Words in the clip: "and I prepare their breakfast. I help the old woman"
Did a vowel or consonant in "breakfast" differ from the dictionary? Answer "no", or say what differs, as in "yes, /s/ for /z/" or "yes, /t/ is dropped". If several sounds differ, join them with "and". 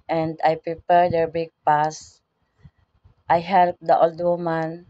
yes, /ɹ/ is dropped